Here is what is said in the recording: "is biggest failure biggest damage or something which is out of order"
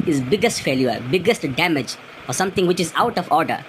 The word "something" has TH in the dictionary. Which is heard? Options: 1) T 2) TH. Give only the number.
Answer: 1